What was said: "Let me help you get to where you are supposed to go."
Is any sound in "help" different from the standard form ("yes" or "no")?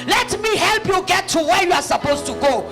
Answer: no